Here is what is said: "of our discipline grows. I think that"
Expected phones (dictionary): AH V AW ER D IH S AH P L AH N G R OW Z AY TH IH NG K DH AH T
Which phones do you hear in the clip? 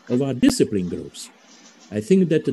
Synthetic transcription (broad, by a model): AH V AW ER D IH S AH P L AH N G R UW S AY TH IH NG K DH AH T